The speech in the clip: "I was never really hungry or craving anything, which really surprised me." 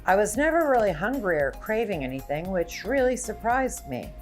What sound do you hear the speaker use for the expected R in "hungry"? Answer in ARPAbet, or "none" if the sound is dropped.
R